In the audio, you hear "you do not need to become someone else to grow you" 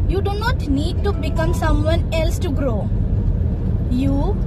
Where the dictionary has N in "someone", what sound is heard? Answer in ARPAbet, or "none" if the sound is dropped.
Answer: N